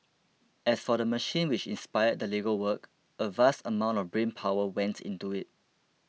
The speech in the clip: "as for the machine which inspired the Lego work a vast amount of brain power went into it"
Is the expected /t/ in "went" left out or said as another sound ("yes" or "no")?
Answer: no